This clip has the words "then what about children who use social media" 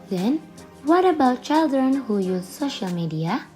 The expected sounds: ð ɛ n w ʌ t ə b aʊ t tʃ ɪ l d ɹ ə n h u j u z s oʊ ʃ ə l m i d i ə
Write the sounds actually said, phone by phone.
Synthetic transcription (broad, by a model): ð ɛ n w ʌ t ə b aʊ t tʃ ɪ l d ɹ ə n h u j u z s oʊ ʃ ə l m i d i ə